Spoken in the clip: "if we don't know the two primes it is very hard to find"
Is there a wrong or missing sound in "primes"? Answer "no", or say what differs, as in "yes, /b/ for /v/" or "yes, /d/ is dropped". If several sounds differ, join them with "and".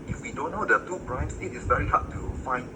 yes, /s/ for /z/